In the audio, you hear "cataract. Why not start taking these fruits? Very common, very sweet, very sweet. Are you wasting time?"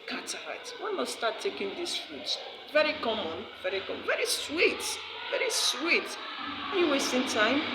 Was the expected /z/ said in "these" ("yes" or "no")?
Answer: no